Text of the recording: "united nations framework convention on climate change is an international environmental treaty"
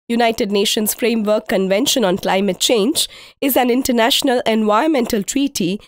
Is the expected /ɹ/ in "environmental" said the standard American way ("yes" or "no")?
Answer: no